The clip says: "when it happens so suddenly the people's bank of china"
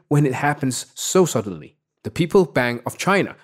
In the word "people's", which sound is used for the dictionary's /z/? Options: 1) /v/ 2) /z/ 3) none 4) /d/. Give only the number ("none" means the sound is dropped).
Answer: 3